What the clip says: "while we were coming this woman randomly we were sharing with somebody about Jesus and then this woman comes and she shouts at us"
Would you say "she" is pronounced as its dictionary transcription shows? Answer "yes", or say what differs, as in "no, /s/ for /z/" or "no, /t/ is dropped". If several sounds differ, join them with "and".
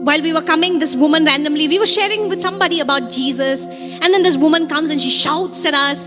yes